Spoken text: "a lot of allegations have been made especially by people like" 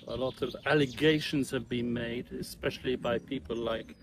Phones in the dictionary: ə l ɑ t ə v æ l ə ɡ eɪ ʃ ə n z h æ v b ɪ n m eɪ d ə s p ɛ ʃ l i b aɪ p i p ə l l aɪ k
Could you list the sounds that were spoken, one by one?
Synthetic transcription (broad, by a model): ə l ɑ t ə v æ l ə ɡ eɪ ʃ ə n z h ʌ v b ɪ n m eɪ d ə s p ɛ ʃ l i b aɪ p i p ə l l aɪ k